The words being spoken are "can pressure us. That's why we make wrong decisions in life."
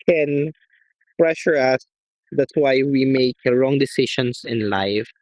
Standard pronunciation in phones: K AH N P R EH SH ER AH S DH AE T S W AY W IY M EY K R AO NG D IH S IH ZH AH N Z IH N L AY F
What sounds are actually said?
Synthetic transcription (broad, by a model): K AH N P R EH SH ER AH S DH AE T S W AY W IY M EY K R AO NG D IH S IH SH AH N S IH N L AY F